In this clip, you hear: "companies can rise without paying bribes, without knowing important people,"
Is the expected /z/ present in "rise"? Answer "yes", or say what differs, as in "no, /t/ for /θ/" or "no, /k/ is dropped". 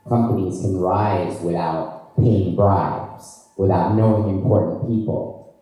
yes